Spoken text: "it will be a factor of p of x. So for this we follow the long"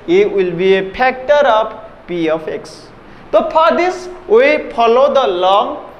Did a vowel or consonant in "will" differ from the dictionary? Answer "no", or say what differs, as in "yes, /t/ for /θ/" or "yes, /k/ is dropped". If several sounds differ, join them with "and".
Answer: no